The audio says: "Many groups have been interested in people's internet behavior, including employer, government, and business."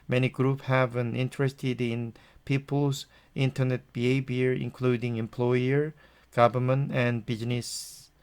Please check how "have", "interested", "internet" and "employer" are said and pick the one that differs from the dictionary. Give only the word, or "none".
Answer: none